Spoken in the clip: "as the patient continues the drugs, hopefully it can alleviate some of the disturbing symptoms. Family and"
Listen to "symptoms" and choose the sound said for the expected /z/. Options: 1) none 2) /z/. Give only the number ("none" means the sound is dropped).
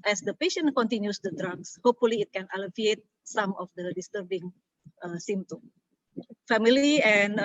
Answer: 1